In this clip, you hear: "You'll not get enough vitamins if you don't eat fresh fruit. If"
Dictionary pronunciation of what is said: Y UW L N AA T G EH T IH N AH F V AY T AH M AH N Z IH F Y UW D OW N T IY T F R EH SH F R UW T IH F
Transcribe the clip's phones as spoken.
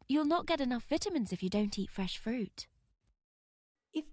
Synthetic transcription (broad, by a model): Y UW L N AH T G EH T IH N AH F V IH T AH M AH N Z IH F Y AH D OW N T IY T F R EH SH F R UW T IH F